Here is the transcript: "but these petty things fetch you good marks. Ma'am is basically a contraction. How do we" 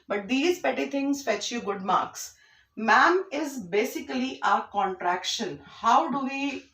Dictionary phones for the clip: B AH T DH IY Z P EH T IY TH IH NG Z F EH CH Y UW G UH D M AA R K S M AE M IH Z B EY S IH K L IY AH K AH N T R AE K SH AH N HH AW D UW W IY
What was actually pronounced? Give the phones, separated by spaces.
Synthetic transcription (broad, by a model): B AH T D IY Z P EH T IY T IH NG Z F EH CH Y UW G UH D M AA R K S M AE M IH Z B EY S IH K L IY AH K AH N T R AE K SH AH N HH AW D UW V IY